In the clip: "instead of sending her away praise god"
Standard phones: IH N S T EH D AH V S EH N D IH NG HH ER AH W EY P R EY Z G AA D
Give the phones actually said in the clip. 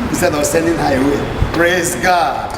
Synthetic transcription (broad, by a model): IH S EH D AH W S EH N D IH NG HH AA AH W EY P R EY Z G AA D